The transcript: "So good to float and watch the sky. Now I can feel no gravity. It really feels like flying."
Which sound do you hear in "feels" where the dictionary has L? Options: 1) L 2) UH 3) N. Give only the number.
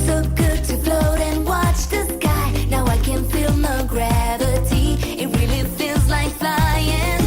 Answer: 3